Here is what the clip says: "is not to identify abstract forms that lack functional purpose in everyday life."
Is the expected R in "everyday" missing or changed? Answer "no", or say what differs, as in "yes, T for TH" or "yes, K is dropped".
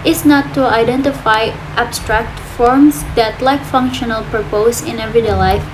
yes, R is dropped